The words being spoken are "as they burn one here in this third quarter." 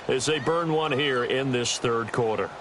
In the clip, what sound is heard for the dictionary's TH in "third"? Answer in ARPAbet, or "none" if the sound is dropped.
TH